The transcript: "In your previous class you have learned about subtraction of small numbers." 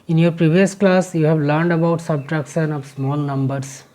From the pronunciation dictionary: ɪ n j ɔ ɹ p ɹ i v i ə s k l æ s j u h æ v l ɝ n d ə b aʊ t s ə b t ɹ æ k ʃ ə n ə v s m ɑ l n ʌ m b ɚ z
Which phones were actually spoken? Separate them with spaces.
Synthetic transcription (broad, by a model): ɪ n j ɔ ɹ p ɹ i v i ə s k l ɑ s j u h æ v l ɝ n d ə b aʊ t s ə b t ɹ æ k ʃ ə n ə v s m ɑ l n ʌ m b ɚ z